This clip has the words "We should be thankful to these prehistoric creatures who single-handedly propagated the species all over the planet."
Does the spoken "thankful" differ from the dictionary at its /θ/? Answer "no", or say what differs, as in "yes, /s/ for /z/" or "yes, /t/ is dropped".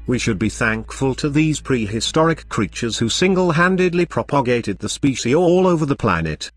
no